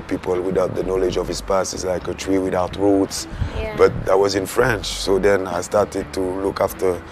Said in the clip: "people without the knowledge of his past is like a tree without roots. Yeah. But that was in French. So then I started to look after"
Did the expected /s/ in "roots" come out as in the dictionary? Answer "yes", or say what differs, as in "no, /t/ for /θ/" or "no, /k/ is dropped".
yes